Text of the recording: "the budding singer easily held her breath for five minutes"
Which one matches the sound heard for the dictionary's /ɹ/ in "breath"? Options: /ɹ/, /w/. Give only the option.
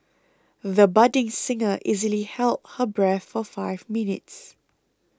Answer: /ɹ/